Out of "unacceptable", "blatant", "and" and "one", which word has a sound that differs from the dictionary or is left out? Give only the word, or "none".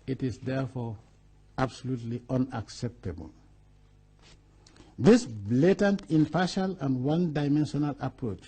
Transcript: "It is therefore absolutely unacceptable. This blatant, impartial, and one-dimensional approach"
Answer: none